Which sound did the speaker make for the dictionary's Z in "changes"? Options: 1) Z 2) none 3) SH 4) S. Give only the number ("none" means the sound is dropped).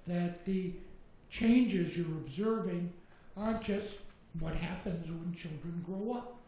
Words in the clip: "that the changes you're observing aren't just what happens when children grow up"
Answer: 1